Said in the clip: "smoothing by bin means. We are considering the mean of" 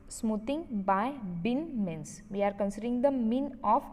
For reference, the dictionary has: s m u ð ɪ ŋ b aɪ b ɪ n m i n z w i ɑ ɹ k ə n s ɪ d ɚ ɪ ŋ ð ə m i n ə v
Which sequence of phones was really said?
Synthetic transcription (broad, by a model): s m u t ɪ ŋ b aɪ b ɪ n m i n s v i ɑ ɹ k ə n s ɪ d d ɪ ŋ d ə m i n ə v